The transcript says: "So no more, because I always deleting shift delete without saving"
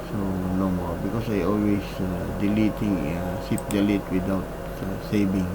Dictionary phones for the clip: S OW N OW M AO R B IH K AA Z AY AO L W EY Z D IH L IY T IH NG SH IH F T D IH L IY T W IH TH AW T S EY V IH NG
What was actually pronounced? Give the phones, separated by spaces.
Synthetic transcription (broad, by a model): S OW N OW M AO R B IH K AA S AY AO L W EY S D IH L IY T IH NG S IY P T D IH L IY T W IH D AW T S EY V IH NG